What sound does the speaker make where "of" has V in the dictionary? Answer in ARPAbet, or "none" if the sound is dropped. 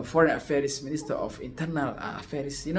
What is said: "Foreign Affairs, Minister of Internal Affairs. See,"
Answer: F